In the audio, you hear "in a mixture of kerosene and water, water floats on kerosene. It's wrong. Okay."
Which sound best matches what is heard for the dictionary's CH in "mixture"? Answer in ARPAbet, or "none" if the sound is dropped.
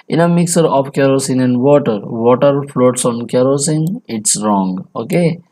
none